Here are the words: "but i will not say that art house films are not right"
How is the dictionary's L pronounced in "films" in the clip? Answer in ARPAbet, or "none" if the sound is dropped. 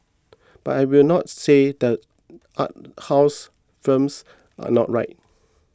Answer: none